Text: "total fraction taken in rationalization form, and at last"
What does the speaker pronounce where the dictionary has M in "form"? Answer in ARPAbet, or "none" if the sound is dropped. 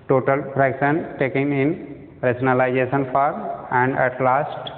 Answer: none